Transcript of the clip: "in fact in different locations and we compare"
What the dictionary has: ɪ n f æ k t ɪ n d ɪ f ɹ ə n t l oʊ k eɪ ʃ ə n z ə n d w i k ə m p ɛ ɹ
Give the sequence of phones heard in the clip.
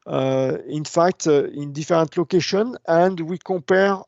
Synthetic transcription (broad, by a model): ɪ n f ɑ k t ɪ n d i f ɹ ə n t l oʊ k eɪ ʃ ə n ə n d w i k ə p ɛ ɹ